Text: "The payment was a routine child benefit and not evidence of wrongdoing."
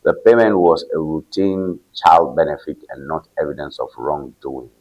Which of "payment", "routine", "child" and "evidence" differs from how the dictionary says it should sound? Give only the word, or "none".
none